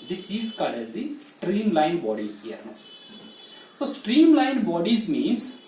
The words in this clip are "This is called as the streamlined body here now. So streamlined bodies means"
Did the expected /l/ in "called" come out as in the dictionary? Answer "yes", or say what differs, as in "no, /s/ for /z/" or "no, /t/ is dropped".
no, /l/ is dropped